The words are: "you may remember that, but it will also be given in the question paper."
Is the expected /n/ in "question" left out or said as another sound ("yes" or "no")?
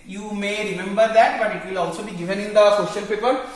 yes